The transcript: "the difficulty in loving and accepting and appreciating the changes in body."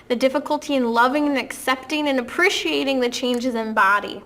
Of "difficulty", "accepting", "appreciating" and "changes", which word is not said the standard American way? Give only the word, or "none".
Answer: none